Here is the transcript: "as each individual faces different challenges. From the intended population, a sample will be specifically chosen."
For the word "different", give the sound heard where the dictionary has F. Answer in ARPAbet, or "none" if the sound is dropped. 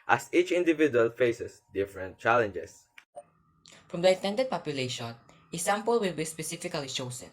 F